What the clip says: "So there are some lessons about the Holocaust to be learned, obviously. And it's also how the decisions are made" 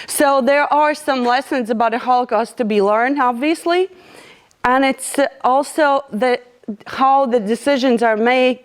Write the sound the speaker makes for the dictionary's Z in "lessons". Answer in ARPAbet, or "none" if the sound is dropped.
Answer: Z